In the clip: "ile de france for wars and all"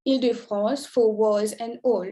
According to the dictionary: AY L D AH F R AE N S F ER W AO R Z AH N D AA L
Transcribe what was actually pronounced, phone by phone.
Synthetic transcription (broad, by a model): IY L D AH F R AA S F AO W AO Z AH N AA L